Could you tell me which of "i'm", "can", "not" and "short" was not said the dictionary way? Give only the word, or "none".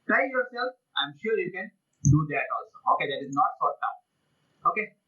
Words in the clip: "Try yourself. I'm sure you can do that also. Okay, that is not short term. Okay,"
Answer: short